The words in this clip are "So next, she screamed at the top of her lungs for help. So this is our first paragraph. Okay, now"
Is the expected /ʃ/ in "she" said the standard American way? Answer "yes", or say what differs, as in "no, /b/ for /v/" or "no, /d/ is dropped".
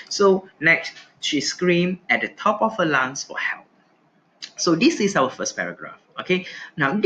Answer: yes